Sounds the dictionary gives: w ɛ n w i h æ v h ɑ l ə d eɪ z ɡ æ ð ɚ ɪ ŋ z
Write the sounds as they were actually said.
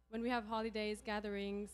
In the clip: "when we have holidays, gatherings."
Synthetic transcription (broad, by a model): w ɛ n w i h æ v h ɑ l ə d eɪ z ɡ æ ð ɚ ɪ ŋ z